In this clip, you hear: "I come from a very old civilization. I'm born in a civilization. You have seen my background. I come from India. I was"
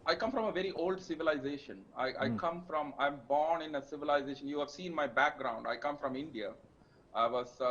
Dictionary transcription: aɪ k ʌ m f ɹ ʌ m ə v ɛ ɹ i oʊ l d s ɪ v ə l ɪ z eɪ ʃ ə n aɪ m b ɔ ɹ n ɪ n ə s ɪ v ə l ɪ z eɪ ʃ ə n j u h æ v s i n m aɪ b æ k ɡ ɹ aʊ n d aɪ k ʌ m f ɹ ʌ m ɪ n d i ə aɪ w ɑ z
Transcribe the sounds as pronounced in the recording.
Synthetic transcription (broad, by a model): aɪ k ʌ m f ɹ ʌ m ə v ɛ ɹ i oʊ l d s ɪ v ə l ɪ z eɪ ʃ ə n aɪ m b ɔ ɹ n ɪ n ə s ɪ v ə l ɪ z eɪ ʃ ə n j u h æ v s i n m aɪ b æ k ɡ ɹ aʊ n d aɪ k ʌ m f ɹ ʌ m ɪ n d i ə aɪ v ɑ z